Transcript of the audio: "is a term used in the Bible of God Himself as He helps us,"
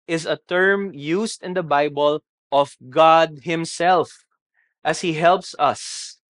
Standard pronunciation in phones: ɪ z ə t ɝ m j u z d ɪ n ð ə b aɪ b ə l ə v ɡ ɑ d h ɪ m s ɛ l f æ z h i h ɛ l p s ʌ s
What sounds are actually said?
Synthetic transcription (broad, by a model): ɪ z ə t ɝ m j u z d ɪ n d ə b aɪ b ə l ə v ɡ ɑ d h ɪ m s ɛ l f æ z h i h ɛ l p s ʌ s